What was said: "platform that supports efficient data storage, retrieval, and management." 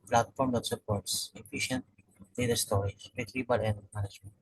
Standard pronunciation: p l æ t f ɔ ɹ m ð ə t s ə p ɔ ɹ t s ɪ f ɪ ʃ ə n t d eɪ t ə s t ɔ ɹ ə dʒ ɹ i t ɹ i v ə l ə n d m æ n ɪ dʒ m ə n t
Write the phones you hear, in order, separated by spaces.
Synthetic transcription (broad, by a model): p l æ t f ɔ ɹ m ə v s ə p ɔ ɹ t s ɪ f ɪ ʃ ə n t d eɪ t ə s t ɔ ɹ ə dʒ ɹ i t l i b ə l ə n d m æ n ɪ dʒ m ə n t